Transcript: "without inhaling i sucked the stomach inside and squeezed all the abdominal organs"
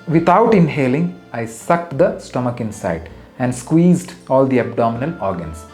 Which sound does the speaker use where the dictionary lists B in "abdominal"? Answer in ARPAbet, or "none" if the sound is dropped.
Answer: B